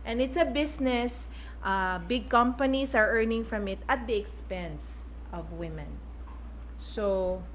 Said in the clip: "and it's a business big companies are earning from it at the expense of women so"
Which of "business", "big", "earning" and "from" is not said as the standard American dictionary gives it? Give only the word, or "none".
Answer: business